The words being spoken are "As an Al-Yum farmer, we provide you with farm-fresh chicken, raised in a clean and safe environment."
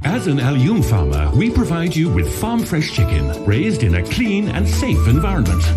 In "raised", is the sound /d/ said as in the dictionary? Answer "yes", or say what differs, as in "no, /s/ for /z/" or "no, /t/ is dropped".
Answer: yes